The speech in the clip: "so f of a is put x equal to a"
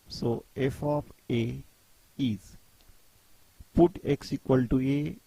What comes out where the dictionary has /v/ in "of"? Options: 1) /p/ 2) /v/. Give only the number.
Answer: 1